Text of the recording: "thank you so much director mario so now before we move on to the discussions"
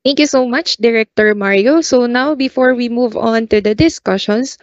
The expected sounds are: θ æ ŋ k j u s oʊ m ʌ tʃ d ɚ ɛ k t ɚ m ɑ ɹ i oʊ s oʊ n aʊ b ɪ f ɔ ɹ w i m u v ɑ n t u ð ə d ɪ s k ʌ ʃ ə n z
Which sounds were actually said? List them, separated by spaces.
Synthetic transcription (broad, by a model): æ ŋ k j u s oʊ m ʌ tʃ d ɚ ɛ k t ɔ m ɑ ɹ i oʊ s oʊ n aʊ b ɪ f ɔ ɹ w i m u v ɑ n t u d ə d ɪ s k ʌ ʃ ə n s